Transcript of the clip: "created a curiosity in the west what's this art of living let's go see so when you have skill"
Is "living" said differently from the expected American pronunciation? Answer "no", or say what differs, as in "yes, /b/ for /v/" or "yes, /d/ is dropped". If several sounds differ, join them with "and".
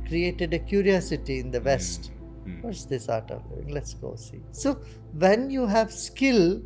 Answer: yes, /v/ is dropped